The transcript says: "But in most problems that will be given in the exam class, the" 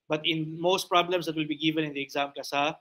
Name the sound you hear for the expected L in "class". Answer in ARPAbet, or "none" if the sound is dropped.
none